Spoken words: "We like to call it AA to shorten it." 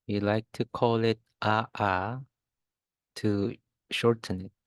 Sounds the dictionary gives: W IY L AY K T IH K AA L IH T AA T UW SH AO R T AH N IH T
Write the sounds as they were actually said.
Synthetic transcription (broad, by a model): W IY L AY K T IH K AA L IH T AA T UW SH AO R T AH N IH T